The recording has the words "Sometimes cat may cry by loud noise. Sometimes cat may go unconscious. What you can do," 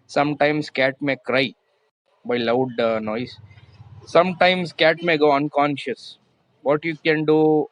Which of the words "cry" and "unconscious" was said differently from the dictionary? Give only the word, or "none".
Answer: none